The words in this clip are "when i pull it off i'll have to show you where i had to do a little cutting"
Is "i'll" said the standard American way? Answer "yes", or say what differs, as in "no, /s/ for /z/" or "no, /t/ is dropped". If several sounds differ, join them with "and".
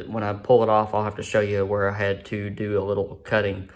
yes